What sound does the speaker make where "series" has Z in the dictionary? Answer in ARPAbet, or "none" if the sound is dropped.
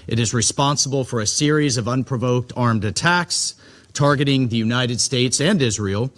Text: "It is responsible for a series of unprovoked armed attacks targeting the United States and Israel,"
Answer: Z